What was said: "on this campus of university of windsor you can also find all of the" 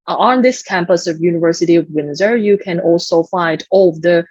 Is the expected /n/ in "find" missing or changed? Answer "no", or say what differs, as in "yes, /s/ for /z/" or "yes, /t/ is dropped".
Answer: no